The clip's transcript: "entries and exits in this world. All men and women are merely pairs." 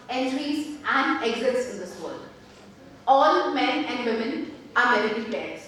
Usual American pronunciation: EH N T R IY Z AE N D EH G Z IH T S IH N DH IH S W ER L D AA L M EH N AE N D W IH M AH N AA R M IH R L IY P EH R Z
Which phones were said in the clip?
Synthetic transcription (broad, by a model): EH N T R IY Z AE N D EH G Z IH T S IH N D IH S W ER L D AA L M EH N AE N D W IH M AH N AA R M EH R IY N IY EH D